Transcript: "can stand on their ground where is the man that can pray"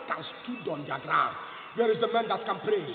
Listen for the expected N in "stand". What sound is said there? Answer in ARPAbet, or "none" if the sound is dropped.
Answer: none